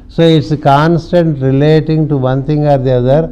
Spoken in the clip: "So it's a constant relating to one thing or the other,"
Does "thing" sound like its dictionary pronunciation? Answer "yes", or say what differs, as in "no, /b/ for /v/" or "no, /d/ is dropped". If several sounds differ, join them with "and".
no, /t/ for /θ/